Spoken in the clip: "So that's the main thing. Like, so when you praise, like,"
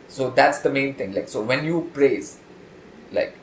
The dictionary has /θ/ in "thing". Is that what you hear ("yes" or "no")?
no